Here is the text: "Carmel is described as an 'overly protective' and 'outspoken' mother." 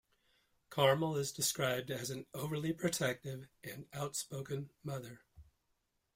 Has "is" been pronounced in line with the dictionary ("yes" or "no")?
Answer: yes